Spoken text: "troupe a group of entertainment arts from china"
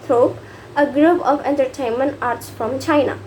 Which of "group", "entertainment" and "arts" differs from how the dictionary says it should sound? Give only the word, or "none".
none